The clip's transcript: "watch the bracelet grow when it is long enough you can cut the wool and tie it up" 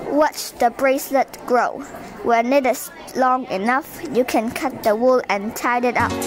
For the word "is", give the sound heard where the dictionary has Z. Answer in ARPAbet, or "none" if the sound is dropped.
S